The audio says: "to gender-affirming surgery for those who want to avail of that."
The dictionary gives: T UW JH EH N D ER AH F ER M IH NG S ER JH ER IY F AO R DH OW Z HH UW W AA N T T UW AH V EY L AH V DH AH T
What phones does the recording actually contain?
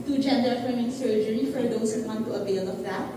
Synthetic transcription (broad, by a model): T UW JH EH N D ER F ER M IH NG S ER JH ER IY F AO R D OW S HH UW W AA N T T UW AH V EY L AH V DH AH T